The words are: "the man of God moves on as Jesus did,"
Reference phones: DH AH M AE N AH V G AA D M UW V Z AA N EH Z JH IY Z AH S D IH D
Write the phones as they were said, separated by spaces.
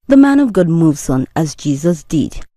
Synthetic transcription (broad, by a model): DH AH M AE N AH V G AA D M UW V Z N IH Z JH IY Z AH S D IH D